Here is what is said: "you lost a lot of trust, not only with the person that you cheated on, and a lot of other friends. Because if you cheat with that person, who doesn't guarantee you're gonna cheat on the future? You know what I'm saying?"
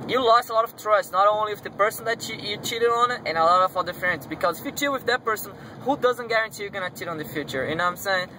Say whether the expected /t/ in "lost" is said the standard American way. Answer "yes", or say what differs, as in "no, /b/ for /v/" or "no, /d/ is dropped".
no, /t/ is dropped